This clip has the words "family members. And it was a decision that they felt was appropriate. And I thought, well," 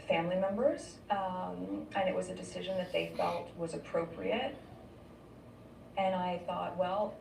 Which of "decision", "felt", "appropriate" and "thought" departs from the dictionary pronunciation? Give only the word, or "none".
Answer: none